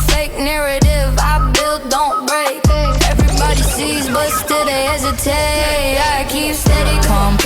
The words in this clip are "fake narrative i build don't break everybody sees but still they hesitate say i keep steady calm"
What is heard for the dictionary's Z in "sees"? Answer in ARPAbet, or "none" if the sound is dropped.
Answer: Z